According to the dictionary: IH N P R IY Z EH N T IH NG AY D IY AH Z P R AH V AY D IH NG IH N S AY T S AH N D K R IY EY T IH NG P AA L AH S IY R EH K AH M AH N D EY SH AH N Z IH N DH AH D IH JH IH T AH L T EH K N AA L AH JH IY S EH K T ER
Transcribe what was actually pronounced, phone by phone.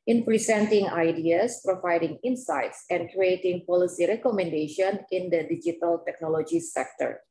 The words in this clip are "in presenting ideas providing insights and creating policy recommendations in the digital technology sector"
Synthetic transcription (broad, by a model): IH N P R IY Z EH N T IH NG AY D IY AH S P R AH V AY D IH NG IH N S AY T S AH N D K R IY EY T IH NG P AA L AH S IY R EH K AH M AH N D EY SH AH N IH N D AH D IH JH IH T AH L T EH K N AA L AH JH IY S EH K T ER